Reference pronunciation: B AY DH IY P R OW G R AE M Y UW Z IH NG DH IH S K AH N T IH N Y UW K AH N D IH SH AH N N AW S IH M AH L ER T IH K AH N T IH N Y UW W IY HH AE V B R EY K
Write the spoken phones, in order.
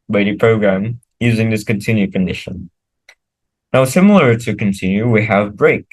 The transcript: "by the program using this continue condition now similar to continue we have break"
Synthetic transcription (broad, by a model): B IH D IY P R OW G R AE M Y UW Z IH NG DH IH S K AH N T IH N Y UW K AH N D IH SH AH N N AW S IH M L ER T IH K AH N T IH N Y UW W IY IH V B R EY K